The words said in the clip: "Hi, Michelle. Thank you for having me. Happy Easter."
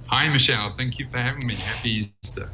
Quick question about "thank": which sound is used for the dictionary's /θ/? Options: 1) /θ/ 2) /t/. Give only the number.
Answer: 1